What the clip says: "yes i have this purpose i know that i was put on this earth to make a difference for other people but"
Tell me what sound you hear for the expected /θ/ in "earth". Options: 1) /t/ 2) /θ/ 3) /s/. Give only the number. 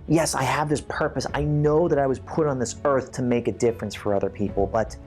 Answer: 2